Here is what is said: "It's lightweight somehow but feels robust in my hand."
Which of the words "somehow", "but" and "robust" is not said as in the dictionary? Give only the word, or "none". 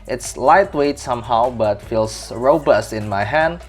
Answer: none